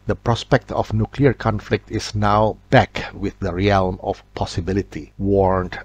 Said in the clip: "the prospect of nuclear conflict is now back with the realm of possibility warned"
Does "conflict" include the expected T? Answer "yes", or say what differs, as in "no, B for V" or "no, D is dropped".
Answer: yes